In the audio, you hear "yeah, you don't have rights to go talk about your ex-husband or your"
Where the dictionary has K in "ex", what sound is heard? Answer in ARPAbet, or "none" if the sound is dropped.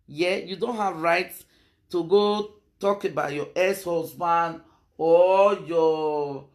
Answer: none